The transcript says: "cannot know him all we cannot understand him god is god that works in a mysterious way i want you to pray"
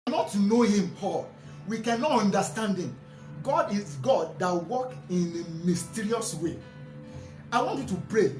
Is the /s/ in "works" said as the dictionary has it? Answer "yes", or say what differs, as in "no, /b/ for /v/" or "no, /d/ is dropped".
no, /s/ is dropped